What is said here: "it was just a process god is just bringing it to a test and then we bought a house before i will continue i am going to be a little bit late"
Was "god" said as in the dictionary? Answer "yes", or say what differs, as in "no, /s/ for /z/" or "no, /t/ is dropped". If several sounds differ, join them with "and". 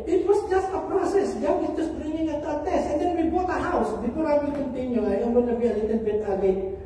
no, /d/ is dropped